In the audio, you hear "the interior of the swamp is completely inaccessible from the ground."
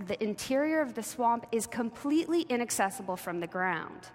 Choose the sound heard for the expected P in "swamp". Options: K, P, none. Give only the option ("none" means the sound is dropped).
P